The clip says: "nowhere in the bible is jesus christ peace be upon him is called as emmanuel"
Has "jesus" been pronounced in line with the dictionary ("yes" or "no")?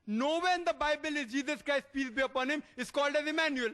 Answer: yes